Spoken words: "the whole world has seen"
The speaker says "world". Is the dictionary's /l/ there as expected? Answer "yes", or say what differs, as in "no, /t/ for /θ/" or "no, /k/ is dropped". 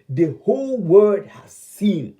no, /l/ is dropped